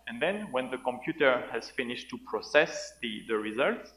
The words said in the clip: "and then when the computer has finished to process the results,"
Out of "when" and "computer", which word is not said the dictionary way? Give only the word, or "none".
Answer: none